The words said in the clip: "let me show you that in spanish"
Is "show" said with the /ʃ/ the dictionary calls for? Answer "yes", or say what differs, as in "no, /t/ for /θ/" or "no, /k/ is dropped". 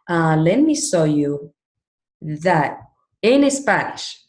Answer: no, /s/ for /ʃ/